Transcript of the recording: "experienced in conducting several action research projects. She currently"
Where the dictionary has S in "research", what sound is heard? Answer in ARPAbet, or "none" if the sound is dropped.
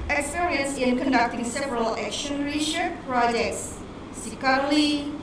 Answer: SH